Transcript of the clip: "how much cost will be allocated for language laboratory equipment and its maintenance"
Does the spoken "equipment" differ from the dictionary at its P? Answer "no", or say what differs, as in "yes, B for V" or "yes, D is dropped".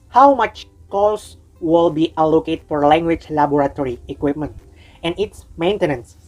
no